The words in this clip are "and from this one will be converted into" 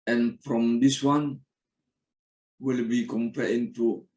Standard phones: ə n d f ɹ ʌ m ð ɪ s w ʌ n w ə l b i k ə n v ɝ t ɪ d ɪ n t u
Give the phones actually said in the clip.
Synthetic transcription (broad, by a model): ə n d f ɹ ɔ m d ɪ s w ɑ n w ə l b i k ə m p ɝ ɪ ɪ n t u